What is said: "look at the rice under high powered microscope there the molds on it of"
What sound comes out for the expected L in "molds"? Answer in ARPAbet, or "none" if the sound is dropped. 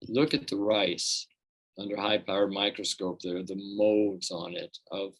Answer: none